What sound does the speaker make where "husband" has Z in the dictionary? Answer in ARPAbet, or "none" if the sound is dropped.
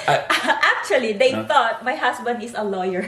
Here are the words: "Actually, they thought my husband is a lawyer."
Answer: S